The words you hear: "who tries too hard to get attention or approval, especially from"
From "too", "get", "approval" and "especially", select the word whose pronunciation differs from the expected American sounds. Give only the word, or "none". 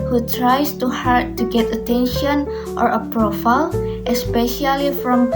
approval